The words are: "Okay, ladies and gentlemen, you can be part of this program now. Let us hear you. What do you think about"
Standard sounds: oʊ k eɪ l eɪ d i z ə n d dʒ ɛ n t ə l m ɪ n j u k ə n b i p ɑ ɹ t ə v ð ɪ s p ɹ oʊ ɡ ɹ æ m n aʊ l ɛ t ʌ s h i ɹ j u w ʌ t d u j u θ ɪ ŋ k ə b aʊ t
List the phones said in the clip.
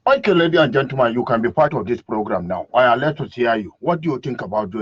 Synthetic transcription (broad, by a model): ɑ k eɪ l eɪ d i ə n dʒ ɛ n t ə m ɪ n j u k ə n b i p ɑ ɹ t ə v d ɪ s p ɹ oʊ ɡ ɹ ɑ m n aʊ l ɛ t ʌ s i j j u w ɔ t d u j u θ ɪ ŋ k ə b aʊ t